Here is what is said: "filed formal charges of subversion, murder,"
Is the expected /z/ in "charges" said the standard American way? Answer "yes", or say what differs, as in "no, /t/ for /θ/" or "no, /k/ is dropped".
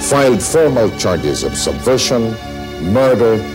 yes